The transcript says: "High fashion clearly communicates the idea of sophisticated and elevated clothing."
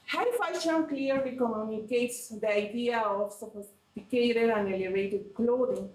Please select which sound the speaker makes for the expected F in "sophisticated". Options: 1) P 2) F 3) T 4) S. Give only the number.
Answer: 1